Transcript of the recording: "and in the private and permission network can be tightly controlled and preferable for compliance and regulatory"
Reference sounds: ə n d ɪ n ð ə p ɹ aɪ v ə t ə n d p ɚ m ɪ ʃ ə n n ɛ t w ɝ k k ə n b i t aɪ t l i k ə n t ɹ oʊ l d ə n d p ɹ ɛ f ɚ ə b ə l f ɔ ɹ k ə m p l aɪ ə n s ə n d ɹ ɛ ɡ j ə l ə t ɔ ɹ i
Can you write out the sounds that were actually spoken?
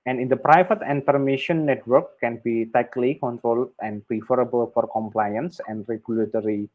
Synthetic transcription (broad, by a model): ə n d ɪ n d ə p ɹ aɪ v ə t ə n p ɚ m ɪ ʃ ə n n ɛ t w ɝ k k ə n b i t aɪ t l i k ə n t ɹ oʊ l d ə n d p ɹ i f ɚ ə b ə l f ɔ ɹ k ə m p l aɪ ə n s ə n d ɹ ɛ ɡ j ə l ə t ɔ ɹ i